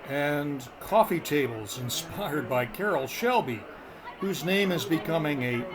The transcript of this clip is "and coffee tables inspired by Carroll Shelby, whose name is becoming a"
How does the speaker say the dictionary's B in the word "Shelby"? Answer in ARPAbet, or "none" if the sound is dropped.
B